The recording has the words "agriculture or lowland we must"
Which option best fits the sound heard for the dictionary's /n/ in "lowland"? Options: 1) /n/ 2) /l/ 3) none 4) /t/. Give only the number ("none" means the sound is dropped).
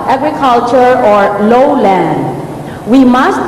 1